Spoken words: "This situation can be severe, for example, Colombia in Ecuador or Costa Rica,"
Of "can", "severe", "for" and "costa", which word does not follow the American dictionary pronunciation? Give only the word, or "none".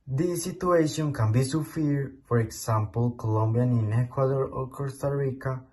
severe